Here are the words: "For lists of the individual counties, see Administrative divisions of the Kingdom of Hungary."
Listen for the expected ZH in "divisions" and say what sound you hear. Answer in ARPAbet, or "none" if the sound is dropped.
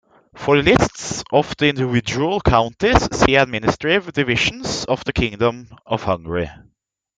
SH